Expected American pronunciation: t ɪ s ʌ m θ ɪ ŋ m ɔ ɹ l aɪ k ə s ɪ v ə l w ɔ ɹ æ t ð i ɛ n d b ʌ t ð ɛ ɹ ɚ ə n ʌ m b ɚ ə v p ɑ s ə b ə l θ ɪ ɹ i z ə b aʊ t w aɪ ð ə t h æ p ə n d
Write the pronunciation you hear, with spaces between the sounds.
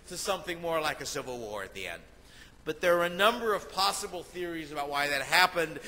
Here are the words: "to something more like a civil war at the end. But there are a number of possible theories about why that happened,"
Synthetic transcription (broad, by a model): t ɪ s ʌ m θ ɪ ŋ m ɔ ɹ l aɪ k ə s ɪ v l w ɔ ɹ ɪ t ð i ɛ n d b ʌ t ð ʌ ɹ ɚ ə n ʌ m b ɚ ə v p ɑ s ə b l θ ɪ ɹ i z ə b aʊ t w aɪ ð ə t h æ p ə n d